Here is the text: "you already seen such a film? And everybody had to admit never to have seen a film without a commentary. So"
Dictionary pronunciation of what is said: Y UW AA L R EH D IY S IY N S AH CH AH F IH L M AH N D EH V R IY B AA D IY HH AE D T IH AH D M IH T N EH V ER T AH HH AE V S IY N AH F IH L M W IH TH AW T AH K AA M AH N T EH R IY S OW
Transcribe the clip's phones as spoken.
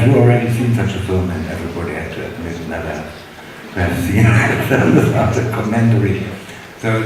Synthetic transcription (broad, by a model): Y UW AA L R EH D IY S IY N S AH CH AH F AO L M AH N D EH V R IY B AA D IY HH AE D T IH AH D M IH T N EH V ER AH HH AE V S IY N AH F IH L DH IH S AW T AH K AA M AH N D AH R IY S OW